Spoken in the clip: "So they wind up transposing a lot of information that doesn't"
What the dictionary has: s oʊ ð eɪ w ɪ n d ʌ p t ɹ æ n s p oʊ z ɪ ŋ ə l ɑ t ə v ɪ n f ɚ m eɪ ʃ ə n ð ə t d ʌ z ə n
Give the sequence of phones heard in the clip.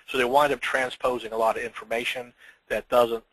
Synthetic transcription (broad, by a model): s oʊ ð eɪ w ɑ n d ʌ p t ɹ æ n s p oʊ z ɪ ŋ ə l ɑ t ə v ɪ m f ɚ m eɪ ʃ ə n ð ə t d ʌ z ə n